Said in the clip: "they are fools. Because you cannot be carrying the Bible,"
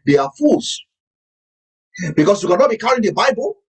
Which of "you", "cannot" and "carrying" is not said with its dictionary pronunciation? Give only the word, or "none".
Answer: carrying